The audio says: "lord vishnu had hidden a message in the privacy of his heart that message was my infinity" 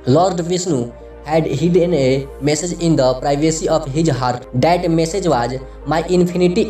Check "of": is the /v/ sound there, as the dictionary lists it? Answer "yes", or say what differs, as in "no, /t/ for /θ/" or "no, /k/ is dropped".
no, /p/ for /v/